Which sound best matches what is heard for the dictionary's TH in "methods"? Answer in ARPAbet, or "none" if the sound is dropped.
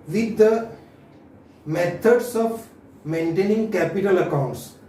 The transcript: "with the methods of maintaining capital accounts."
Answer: T